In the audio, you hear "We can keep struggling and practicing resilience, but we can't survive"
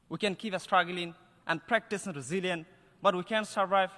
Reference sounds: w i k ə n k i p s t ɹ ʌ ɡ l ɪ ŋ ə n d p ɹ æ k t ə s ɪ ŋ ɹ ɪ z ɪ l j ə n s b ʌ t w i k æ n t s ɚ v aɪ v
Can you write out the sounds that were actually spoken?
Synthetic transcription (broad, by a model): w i k ə n k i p s t ɹ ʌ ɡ l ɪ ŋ ə n d p ɹ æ k t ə s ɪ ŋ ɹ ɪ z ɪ l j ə n b ʌ t w i k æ n s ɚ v aɪ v